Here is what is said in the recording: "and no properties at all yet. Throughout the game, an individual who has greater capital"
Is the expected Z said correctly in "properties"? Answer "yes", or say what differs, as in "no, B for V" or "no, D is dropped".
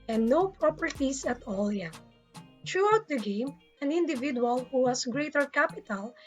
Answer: no, S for Z